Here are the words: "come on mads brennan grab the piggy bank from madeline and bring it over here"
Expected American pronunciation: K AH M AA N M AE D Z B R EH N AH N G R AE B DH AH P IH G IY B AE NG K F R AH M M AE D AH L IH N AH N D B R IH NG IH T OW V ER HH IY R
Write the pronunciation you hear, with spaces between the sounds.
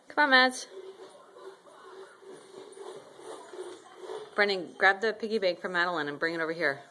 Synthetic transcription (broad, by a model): K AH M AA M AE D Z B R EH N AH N G R AE B DH AH P IH G IY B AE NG K F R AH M M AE D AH L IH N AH N B R IH NG IH T OW V ER HH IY R